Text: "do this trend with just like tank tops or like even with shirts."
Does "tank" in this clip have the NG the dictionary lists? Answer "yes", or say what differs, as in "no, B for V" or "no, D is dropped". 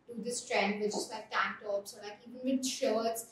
no, NG is dropped